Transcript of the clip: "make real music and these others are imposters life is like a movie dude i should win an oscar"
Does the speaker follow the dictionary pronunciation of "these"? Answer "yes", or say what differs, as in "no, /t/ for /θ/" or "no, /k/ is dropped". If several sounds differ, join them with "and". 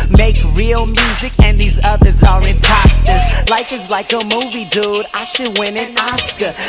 yes